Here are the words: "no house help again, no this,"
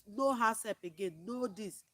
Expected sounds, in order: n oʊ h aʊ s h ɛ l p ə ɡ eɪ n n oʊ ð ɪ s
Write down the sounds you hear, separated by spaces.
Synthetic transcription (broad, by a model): n oʊ h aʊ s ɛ p ə ɡ eɪ n n oʊ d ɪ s